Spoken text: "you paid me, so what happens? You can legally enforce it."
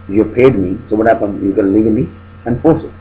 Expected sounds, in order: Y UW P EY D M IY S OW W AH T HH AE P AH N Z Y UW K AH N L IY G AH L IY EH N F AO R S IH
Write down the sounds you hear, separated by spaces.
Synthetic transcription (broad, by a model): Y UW P EY D M IY S OW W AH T HH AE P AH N Y UW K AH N L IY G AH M IY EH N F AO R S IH